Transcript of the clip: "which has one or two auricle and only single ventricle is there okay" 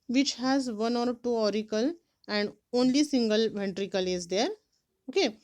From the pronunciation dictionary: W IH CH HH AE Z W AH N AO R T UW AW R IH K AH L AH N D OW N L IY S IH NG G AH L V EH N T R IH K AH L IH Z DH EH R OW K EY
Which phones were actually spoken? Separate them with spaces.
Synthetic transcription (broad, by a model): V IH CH HH AE Z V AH N AO R T UW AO R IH K AH L AH N D OW N L IY S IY NG G AH L V EH N T R IH K AH L IH Z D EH R OW K EY